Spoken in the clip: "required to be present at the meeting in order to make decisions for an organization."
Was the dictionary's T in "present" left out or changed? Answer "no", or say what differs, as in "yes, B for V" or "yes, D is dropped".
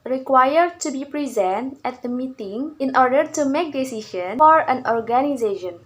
no